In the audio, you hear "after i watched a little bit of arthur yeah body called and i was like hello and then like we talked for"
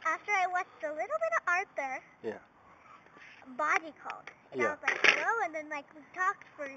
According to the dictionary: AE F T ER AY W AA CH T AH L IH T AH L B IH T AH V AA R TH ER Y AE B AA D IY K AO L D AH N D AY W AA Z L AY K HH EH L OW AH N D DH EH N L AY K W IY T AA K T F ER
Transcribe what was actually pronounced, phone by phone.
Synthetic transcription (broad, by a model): AE F T ER AY W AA CH T AH L IH T L B IH T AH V AA R T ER Y AE B AA D IY K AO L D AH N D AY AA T L AY K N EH UH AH N DH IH N L AY K W IY T AA K T F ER